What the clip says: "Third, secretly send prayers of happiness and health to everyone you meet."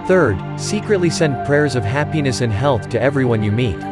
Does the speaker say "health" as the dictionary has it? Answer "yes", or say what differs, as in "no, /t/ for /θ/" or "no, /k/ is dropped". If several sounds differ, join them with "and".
yes